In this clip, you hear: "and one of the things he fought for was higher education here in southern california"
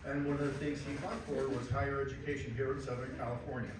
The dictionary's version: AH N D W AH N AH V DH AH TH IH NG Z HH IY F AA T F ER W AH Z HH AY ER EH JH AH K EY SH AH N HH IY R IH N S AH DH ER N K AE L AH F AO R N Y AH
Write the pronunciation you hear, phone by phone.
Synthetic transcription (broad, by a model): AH N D W AH N AH V DH AH TH IH NG Z HH IY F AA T F ER W AH Z HH AY ER EH JH AH K EY SH AH N HH IY R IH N S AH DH ER N K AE L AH F AO R N Y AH